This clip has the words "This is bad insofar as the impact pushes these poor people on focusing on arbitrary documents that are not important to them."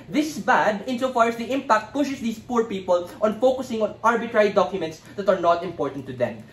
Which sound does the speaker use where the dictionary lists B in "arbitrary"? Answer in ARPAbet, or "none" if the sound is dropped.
B